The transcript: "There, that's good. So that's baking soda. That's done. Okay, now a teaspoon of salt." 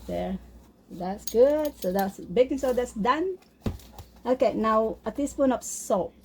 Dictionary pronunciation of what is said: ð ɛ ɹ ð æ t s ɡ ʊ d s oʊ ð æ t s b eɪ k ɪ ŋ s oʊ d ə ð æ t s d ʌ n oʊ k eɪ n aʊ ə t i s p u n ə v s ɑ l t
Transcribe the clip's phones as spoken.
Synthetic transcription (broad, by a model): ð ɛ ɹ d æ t s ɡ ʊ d s oʊ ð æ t s b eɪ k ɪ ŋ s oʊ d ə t s d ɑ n oʊ k eɪ n aʊ ə t i s p u n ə p s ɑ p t